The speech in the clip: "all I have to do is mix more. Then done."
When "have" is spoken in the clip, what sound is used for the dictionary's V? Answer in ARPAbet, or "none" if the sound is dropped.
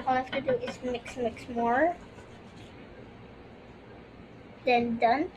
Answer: F